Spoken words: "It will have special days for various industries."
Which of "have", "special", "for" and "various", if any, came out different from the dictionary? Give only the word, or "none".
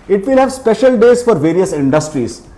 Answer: none